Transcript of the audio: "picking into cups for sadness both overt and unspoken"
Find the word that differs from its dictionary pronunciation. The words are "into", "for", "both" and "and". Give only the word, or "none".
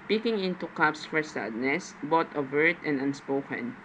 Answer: both